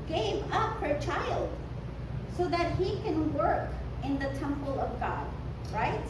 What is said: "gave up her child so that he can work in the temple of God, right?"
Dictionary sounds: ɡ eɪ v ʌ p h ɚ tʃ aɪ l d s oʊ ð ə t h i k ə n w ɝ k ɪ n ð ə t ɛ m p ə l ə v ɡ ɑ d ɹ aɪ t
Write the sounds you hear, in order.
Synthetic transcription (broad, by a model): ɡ eɪ v ʌ p h ɚ tʃ aɪ l d s oʊ ð ə t h i k ə n w ɝ k ɪ n ð ə t ɛ m p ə l ə v ɡ ɑ d ɹ aɪ t